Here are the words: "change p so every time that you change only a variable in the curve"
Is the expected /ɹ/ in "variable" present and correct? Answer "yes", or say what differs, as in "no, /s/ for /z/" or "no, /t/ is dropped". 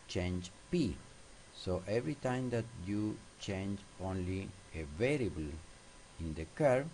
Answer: yes